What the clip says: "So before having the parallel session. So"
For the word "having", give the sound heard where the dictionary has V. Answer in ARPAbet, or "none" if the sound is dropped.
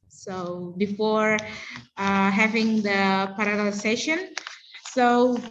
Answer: V